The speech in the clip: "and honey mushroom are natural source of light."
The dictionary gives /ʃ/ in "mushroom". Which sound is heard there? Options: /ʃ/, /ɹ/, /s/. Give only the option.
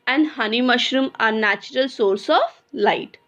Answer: /ʃ/